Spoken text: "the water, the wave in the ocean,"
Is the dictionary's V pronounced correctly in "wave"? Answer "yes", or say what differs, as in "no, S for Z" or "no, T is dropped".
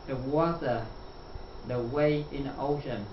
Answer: no, V is dropped